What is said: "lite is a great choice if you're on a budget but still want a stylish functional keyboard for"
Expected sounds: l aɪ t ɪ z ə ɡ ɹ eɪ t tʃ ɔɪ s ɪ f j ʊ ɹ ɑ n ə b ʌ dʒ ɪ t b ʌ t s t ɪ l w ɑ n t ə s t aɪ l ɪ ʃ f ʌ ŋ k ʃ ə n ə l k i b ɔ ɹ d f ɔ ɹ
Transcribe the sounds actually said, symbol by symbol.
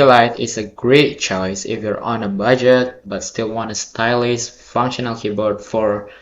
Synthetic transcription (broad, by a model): l aɪ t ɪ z ə ɡ ɹ eɪ t tʃ ɔɪ s ɪ f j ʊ ɹ ɑ n ə b ʌ dʒ ɪ t b ʌ t s t ɪ l w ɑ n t ə s t aɪ l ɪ s f ʌ ŋ k ʃ ə n ə l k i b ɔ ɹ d f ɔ ɹ